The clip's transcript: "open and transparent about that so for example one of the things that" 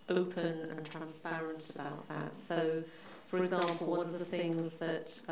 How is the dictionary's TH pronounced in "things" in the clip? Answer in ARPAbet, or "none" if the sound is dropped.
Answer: TH